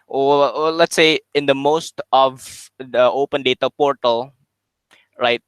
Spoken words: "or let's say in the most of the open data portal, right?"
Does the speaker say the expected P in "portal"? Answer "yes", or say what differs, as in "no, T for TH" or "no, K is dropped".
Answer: yes